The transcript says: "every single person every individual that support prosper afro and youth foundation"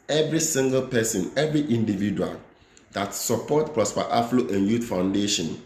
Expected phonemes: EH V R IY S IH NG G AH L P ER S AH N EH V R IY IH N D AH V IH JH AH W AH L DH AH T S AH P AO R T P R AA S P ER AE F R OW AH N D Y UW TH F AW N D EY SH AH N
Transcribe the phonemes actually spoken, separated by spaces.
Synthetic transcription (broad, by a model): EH V R IY S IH NG G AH L P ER S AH N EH V R IY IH N D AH V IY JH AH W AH L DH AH T S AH P AO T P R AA S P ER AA F L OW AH N Y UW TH F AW N D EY SH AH N